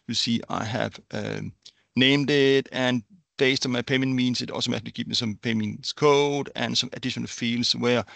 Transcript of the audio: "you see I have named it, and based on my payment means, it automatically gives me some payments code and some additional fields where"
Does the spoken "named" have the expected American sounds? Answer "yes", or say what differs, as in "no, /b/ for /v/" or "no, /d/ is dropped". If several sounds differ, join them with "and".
yes